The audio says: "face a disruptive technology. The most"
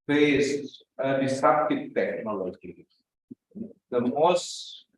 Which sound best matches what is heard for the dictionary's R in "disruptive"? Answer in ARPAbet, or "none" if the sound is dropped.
none